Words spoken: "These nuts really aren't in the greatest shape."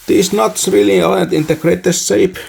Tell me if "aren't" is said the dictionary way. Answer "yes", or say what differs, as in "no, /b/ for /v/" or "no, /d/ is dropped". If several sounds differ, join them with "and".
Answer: no, /ɹ/ is dropped